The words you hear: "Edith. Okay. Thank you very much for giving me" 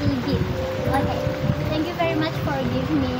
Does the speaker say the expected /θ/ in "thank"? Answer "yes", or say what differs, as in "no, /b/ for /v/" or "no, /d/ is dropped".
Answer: no, /t/ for /θ/